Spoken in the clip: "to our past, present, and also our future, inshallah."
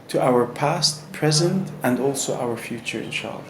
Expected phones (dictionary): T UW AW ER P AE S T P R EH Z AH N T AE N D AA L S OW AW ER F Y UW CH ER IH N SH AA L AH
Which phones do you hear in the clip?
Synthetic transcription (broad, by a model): T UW AW ER P AE S T P R EH Z AH N T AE N D AA L S OW AW ER F Y UW CH ER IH N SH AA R